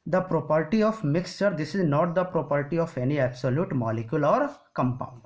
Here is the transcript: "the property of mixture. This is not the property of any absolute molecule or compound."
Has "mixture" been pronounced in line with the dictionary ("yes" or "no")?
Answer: yes